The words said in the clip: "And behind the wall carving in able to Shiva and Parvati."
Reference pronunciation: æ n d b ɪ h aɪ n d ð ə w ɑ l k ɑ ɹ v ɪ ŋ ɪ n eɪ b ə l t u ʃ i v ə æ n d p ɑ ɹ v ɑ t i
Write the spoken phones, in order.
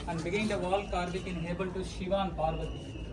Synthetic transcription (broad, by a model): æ n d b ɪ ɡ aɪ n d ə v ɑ l k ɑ ɹ b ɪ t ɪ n eɪ b ə l t u ʃ i v ə n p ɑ ɹ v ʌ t i